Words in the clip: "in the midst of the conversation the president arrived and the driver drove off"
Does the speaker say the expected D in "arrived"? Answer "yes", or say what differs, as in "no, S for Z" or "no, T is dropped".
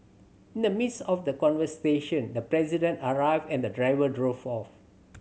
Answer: no, D is dropped